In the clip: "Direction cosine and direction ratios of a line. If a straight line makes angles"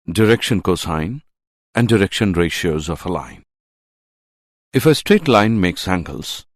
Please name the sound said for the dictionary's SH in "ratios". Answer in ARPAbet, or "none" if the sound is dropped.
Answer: SH